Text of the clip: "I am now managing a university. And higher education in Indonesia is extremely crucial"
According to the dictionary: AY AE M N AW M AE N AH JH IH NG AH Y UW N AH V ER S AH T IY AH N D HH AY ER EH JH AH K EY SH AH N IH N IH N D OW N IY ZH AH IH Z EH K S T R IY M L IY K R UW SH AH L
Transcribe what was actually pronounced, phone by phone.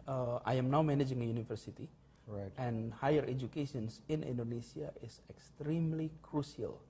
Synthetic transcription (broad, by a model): AY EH M N AW M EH N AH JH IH NG AH Y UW N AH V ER S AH T IY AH N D HH AY ER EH JH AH K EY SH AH N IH N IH N D OW N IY S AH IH S EH K S T R IY M L IY K R UW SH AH L